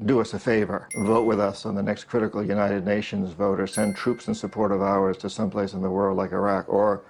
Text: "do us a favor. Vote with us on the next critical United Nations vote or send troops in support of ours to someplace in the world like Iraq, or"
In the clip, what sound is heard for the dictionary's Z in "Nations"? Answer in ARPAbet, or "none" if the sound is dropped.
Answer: Z